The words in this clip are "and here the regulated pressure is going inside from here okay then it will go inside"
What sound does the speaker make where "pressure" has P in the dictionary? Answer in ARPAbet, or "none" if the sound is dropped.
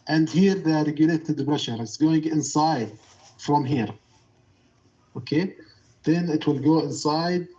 B